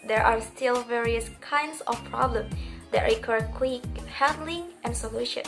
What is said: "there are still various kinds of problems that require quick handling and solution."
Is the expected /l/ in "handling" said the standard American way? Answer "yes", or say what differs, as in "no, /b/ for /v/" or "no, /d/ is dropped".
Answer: yes